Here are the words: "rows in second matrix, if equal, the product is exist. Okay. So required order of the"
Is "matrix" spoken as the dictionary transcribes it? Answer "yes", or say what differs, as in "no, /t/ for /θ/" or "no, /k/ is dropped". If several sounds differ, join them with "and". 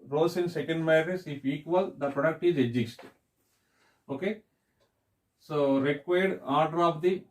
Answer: no, /k/ is dropped